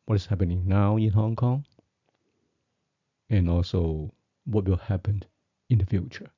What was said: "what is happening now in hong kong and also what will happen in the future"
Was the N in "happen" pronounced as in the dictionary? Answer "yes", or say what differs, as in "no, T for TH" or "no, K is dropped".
yes